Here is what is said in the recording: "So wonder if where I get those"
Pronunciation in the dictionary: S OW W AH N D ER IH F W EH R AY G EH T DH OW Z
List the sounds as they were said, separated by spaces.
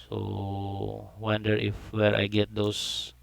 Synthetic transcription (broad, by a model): S OW W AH N D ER IH F W EH R AY G EH T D OW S